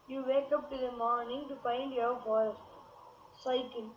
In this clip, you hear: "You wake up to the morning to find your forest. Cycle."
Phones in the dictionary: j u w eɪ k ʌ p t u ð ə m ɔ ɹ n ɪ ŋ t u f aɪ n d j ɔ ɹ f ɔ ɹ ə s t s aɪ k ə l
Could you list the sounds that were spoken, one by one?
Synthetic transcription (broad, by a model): j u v eɪ k ʌ p t u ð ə m ɔ ɹ n ɪ ŋ t u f aɪ n d j ɔ ɹ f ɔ ə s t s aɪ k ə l